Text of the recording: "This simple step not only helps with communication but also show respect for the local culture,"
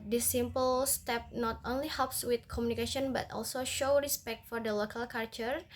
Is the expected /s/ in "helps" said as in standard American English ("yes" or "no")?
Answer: yes